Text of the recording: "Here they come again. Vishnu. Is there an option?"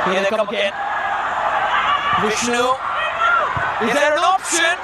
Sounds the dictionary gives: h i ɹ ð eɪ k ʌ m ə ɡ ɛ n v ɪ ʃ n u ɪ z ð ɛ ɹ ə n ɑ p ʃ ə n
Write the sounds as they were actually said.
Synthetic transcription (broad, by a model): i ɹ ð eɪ k ʌ m ə ɡ ɛ n w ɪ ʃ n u ɪ z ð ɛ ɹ ə n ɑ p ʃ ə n